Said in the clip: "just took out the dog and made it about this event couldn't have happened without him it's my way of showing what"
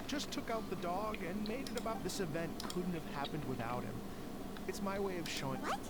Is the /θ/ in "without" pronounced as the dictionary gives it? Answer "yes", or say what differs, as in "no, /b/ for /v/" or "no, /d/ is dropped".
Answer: yes